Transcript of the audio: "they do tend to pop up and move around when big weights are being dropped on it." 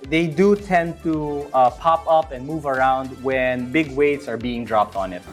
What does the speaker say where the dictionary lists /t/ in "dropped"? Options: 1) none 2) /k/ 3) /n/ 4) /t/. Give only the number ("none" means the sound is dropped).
4